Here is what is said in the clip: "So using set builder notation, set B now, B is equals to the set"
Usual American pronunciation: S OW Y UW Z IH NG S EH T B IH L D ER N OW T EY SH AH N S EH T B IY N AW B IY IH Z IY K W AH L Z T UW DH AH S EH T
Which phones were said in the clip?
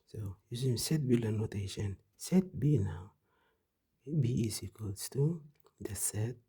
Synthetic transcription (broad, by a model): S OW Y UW S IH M S EH T B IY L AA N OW T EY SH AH N S EH T B IY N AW B IY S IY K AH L S T UW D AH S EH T